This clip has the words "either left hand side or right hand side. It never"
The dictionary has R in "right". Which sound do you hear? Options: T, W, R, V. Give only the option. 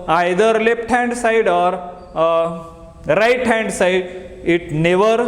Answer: R